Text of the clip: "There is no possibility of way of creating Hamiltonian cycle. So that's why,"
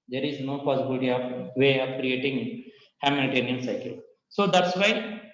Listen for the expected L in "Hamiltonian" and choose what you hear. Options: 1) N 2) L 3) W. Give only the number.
1